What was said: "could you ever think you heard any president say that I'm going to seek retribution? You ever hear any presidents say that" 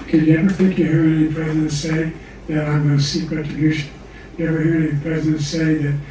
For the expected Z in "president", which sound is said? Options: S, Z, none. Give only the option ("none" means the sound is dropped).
Z